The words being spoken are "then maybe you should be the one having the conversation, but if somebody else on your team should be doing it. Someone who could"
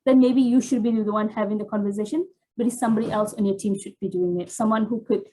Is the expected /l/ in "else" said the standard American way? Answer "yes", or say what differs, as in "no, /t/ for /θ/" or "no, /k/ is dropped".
yes